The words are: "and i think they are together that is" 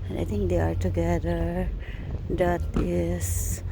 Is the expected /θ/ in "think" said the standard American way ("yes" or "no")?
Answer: no